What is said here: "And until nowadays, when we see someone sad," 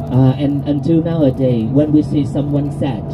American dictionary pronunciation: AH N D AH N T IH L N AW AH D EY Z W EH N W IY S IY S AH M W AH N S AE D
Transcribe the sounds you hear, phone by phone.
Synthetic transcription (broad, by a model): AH N AH N T IH L N AW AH D EY W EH N W IY S IY S AH M W AH N S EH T